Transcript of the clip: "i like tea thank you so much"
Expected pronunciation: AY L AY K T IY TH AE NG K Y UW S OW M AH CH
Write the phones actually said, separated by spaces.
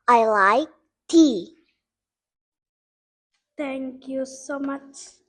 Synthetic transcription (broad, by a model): AY L AY K T IY T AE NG K Y UW S OW M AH CH